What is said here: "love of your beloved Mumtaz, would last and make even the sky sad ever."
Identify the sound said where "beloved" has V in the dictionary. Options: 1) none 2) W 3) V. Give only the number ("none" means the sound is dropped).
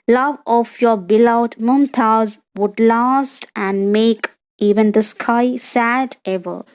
1